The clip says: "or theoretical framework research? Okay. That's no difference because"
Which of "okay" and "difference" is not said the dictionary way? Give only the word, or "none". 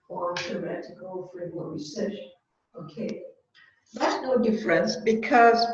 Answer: none